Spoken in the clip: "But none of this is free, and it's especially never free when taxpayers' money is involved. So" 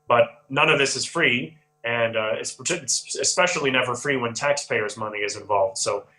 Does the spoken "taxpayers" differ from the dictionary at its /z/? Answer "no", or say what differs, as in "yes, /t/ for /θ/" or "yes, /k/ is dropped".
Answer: no